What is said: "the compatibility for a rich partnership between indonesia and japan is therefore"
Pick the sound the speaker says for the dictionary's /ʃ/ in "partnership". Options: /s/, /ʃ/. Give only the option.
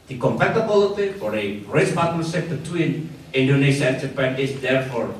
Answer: /s/